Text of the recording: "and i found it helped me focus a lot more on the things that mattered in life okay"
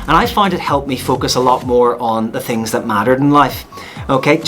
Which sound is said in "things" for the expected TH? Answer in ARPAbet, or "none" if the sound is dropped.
TH